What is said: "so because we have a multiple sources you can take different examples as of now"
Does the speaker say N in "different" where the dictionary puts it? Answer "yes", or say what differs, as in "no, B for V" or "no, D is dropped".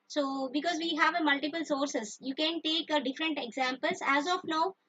yes